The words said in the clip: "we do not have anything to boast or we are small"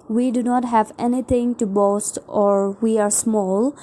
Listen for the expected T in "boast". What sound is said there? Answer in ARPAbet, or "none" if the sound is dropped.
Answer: T